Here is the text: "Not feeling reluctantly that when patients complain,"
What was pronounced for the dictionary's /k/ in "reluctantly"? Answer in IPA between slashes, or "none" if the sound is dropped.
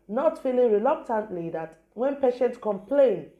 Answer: /k/